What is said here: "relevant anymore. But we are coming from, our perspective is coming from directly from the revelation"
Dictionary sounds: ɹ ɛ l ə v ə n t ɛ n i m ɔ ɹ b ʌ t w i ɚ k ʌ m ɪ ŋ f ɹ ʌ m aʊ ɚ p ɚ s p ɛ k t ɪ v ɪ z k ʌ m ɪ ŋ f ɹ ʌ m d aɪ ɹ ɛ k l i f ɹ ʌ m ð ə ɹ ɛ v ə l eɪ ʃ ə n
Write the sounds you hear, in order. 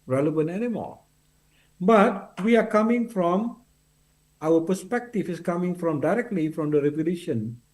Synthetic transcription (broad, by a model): ɹ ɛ l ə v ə n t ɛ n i m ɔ l b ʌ t w i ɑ k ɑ m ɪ ŋ f ɹ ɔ m aʊ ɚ p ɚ s p ɛ k t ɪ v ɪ s k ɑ m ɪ ŋ f ɹ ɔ m d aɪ ɹ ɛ k l i f ɹ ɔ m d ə ɹ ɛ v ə l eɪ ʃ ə n